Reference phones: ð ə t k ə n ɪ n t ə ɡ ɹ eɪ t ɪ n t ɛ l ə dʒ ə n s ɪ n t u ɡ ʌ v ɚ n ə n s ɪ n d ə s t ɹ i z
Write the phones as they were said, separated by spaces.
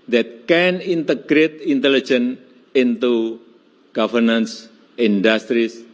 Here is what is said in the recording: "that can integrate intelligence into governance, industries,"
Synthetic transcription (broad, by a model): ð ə t k ə n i n t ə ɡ ɹ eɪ t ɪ n t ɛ l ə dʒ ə n ɪ n t u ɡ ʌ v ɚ n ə n s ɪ n d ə s t ɹ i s